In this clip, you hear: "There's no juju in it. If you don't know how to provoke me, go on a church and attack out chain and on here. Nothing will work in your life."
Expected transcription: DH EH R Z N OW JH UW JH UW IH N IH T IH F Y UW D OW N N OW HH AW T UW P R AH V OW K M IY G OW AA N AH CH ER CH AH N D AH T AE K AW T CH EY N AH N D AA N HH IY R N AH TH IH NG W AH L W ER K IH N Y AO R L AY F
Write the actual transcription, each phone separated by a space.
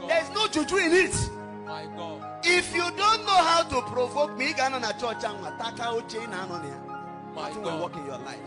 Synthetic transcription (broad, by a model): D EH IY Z N OW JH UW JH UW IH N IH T IH F Y UW D OW N N OW HH AW T UW P R AH V OW K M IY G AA AA N AH CH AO CH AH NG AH T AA K AW CH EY N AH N AA N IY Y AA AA T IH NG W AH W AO K IH N Y AO L AY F